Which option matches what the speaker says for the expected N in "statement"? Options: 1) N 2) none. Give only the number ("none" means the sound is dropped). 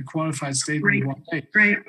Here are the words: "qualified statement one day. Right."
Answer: 2